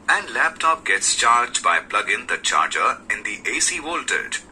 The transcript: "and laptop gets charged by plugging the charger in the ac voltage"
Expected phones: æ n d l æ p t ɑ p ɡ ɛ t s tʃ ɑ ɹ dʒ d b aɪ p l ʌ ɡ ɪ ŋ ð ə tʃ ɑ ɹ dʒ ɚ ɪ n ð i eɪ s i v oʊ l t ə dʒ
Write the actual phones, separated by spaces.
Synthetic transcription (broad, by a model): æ n d l æ p t ɑ p ɡ ɛ t s tʃ ɑ ɹ dʒ d b aɪ p l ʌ ɡ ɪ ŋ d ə tʃ ɑ ɹ dʒ ɚ ɪ n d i eɪ s i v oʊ l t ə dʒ